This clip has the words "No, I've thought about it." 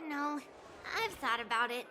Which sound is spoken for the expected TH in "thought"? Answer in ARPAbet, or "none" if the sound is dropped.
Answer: TH